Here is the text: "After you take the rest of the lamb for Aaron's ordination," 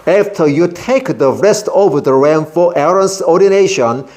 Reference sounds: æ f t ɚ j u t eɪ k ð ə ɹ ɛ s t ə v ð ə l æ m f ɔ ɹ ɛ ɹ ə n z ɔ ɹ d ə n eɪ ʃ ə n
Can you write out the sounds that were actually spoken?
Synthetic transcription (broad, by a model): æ f t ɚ j u t eɪ k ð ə ɹ ɛ s t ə v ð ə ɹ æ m f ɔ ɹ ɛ ɹ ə n s ɔ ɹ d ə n eɪ ʃ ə n